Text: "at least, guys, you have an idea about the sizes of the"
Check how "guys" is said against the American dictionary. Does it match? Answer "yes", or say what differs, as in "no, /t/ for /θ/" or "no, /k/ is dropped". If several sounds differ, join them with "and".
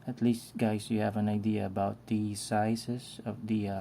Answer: no, /s/ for /z/